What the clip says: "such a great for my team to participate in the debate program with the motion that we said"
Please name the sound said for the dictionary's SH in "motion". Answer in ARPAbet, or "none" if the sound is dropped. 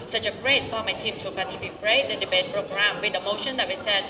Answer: SH